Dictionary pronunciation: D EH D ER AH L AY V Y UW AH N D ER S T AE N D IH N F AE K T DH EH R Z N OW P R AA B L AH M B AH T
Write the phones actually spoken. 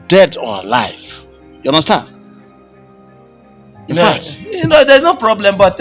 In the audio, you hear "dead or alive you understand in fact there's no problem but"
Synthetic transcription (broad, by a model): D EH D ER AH L AY F Y UW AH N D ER S T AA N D IH N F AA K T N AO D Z N OW P R AA B L AH M B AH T